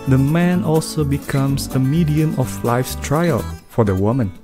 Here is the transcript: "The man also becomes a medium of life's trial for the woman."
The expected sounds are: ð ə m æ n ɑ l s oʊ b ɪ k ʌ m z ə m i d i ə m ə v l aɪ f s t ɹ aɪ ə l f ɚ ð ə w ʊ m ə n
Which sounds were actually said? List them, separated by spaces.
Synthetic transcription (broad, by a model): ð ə m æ n ɑ l s oʊ b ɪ k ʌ m s ə m i d i ə m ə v l aɪ f s t ɹ aɪ ə l f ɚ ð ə w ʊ m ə n